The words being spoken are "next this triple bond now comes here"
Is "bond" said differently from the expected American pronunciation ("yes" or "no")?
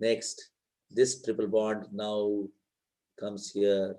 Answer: yes